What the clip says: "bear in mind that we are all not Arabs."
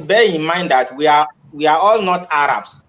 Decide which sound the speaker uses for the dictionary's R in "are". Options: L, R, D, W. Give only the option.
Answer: W